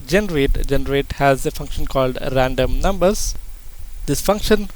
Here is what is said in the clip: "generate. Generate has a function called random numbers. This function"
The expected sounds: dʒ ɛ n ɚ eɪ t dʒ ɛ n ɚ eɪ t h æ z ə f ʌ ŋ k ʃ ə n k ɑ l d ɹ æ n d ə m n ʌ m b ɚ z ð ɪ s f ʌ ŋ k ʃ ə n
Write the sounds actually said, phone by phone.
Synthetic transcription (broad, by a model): dʒ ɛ n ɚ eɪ t dʒ ɛ n ɚ eɪ t h æ z ə f ʌ ŋ k ʃ ə n k ɑ l d ɹ æ n d ə m n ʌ m b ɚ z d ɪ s f ʌ ŋ k ʃ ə n